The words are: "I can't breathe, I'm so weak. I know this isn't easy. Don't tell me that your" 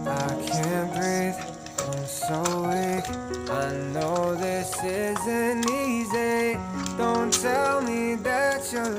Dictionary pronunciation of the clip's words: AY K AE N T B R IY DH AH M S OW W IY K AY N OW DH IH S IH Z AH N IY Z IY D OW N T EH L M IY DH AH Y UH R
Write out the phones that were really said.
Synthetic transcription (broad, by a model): AY K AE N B R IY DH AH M S OW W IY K AY N OW DH IH S IH Z AH N IY Z IY D OW N T EH L M IY DH AH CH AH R